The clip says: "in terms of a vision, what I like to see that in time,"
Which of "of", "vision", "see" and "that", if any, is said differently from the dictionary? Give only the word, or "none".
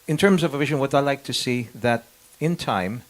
none